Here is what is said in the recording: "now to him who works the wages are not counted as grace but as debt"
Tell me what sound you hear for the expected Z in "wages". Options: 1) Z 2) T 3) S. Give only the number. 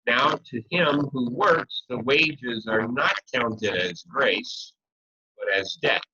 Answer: 1